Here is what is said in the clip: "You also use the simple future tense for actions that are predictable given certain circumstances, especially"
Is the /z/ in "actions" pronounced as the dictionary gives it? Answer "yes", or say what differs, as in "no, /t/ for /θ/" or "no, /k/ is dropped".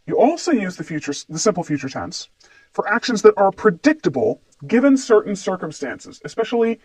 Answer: yes